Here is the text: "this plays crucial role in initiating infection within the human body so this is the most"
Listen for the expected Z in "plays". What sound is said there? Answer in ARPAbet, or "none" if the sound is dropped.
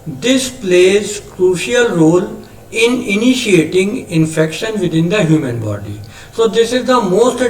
Z